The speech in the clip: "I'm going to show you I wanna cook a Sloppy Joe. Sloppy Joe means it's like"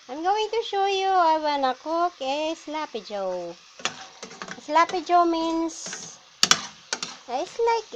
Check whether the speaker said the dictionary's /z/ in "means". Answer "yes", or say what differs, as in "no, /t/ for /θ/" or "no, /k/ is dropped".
no, /s/ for /z/